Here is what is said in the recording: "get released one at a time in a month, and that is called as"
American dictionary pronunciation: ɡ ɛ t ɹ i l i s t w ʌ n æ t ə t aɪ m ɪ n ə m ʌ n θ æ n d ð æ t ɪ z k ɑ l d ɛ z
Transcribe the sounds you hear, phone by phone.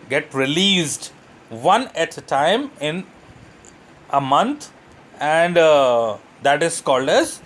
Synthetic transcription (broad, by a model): ɡ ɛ t ɹ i l i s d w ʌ n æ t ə t aɪ m ɪ n ə m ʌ n t æ n d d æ t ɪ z k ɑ l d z